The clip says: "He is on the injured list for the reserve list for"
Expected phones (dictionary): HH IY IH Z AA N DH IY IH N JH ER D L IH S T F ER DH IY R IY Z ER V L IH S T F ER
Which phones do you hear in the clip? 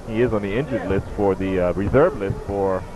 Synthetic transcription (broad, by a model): HH IY IH Z N DH IY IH N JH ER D L IH S T F ER DH IY R IY Z ER V L IH S T F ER